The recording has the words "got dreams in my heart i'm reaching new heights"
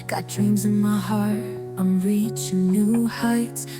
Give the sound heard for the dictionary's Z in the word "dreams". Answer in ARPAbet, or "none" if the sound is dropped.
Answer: Z